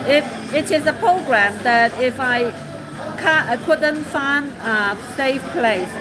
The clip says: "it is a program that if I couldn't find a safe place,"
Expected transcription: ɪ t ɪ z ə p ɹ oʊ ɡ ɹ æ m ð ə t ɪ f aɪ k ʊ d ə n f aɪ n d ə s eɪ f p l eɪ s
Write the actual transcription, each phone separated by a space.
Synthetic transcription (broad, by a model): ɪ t ɪ z ə p ɹ oʊ ɡ ɹ æ m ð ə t ɪ f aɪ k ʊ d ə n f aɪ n ə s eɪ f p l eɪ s